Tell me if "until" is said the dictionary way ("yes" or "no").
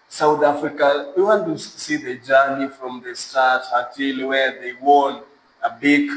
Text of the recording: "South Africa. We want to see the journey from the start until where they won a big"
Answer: no